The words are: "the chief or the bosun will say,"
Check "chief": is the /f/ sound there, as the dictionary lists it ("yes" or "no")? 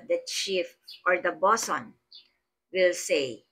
yes